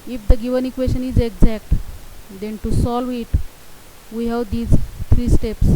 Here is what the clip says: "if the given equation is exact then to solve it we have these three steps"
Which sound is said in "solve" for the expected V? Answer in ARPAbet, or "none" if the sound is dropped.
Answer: V